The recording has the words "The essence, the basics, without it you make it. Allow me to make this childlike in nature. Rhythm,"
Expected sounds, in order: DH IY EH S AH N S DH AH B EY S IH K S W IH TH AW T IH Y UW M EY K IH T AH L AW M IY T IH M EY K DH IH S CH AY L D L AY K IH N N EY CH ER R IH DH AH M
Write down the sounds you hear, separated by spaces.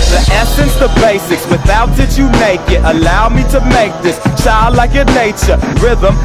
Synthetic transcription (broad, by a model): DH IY EH S AH N S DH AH B EY S IH K S W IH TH AW T IH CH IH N EY K IH T AH L AW M IY T IH M EY K DH IH S CH AY L D L AY K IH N N EY CH ER R IH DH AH M